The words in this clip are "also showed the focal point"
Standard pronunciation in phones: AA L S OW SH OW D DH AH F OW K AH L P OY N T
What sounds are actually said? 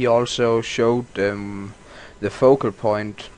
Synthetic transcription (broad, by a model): AA L S OW SH OW D DH AH F OW K AH L P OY N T